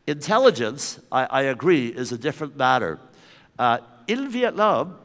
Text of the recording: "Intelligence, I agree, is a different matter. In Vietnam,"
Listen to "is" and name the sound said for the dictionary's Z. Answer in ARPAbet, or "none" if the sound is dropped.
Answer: Z